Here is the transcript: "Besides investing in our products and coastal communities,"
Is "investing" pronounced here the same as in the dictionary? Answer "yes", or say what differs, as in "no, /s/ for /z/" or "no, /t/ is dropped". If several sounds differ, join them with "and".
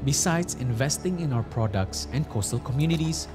yes